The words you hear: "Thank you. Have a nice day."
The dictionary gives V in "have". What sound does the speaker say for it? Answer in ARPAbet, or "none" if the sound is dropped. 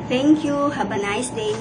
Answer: B